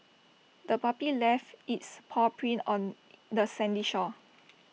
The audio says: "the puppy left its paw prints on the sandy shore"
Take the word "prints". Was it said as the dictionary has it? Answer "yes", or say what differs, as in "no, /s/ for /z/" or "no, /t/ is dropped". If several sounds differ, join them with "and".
no, /s/ is dropped